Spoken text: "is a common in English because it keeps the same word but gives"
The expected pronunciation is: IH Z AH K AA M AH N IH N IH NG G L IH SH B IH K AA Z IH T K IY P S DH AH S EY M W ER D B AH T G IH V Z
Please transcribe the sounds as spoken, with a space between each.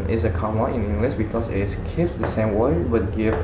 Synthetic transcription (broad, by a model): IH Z AH K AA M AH IH N IH NG G L IH SH B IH K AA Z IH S K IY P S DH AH S EY M W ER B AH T G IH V